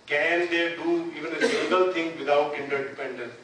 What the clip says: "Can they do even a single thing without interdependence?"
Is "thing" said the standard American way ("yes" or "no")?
no